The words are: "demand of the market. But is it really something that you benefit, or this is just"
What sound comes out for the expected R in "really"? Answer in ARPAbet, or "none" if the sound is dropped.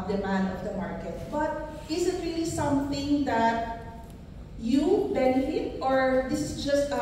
R